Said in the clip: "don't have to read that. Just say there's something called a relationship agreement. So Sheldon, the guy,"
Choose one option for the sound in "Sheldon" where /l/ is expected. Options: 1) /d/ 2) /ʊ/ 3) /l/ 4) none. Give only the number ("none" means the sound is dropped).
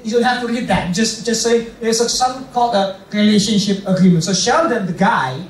4